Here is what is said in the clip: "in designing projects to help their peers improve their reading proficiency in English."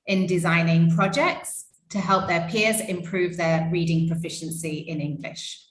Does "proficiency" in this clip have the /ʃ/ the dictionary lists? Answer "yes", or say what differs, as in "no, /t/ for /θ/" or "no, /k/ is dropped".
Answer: yes